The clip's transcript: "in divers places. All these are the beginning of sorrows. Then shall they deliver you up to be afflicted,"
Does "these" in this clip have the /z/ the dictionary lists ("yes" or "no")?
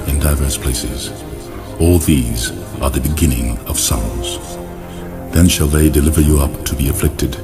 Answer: yes